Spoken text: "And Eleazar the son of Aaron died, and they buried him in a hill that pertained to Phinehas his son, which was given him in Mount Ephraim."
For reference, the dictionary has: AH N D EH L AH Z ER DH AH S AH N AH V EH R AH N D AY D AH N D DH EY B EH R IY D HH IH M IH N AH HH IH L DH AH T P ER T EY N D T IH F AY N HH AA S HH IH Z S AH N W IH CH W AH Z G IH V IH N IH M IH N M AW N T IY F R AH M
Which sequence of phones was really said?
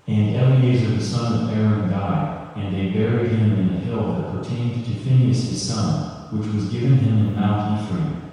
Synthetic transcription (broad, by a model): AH N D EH L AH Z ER DH AH S AH N AH V EH R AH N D AY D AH N DH EY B EH R IY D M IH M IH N AH HH IH L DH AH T P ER T EY N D T IH F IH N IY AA S HH IH Z S AH N W IH CH W AH Z G IH V IH N IH M IH N M AW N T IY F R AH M